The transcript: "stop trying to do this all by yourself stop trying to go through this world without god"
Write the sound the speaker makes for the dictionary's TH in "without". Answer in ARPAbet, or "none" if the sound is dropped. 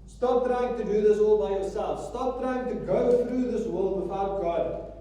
F